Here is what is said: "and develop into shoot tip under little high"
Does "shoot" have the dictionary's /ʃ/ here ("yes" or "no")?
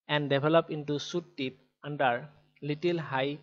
no